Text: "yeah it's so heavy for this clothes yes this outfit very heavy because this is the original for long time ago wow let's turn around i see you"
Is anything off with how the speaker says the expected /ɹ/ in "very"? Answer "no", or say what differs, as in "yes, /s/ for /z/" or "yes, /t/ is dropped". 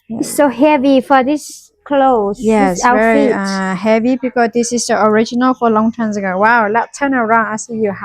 yes, /ɹ/ is dropped